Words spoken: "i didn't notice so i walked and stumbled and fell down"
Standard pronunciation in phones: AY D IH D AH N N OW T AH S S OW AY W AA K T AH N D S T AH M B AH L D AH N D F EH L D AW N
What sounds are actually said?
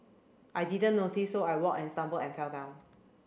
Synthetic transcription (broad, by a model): AY D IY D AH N N OW T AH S S OW AY W AA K AH N S T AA M B AH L AH N F EH L D AW N